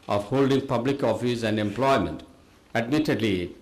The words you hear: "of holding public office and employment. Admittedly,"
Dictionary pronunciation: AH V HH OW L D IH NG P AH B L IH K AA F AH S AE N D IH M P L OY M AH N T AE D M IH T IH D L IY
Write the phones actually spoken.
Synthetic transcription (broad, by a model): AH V HH OW L D IH NG P AH B L IH K AA F AH S AE N D IH M P L OY M AH N T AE D M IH T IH D L IY